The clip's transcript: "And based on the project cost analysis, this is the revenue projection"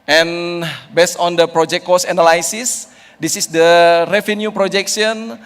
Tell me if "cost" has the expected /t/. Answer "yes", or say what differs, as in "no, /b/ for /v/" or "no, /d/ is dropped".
no, /t/ is dropped